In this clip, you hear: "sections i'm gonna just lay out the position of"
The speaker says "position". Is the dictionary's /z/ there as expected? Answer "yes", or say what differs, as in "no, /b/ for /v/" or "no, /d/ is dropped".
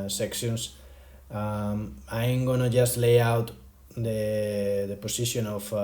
no, /s/ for /z/